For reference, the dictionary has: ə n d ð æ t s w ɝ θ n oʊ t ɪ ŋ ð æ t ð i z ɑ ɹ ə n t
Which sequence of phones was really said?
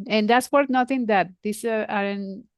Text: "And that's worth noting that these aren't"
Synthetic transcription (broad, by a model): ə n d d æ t s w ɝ t n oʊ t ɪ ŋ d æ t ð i s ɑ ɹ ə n